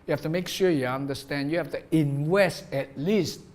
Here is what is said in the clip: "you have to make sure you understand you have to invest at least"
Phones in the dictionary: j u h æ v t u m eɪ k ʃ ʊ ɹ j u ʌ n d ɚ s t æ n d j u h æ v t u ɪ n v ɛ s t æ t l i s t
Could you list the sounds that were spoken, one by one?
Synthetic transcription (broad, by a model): j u h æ f t u m eɪ k ʃ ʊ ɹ j u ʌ n d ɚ s t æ n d j u h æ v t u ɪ n w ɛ s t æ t l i s t